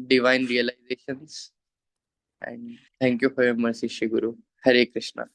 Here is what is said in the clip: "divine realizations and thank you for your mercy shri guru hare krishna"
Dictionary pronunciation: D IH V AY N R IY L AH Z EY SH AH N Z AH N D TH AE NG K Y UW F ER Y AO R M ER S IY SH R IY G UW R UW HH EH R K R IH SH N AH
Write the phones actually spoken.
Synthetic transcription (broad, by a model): D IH V AY N R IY L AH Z EY SH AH N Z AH N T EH NG K Y UW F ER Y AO M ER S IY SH IY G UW R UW HH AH R K R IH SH N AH